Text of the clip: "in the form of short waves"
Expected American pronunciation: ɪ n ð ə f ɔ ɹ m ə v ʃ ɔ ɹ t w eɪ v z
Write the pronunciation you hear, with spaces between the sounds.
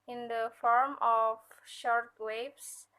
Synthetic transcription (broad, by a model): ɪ n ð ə f ɔ ɹ m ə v ʃ ɔ ɹ t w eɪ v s